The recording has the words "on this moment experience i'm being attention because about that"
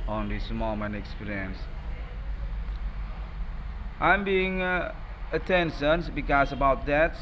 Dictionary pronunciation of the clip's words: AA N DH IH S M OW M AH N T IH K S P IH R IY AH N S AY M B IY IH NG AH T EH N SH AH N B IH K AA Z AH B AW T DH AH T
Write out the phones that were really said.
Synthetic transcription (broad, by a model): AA N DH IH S M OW M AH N IH K S P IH R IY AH N S AY M B IY IH NG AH T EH N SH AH N B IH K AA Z AH B AW T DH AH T